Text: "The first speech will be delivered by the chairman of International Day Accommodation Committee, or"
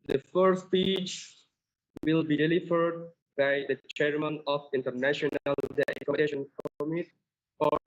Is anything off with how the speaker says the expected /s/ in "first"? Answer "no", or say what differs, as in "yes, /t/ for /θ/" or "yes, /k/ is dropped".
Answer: yes, /s/ is dropped